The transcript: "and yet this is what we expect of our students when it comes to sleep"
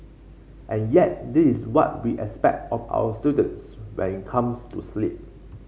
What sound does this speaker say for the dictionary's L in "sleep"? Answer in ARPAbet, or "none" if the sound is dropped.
L